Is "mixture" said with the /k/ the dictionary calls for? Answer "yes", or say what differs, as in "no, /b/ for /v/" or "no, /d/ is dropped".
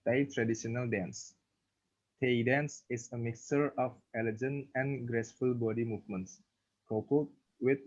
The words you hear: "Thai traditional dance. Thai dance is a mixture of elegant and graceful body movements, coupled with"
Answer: yes